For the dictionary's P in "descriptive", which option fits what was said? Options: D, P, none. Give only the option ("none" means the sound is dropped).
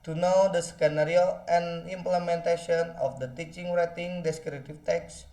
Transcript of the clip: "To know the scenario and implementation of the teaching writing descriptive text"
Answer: none